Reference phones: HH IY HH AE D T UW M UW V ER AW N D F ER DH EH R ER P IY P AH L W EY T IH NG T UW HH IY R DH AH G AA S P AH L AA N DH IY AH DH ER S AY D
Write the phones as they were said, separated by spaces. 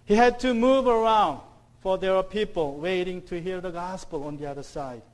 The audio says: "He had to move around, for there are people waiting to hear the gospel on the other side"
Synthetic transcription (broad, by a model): HH IY HH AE D T UW M UW V ER AW N D F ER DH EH W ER P IY P AH L W EY T IH NG T UW HH IY R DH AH G AA S P AH L AA N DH IY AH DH ER S AY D